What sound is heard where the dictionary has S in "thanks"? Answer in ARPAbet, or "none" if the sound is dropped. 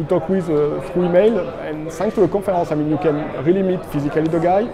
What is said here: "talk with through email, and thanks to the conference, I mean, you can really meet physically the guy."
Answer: none